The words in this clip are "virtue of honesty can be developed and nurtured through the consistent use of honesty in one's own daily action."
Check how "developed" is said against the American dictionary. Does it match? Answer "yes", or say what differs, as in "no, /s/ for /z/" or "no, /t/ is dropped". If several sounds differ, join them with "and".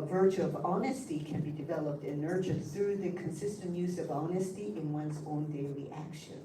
yes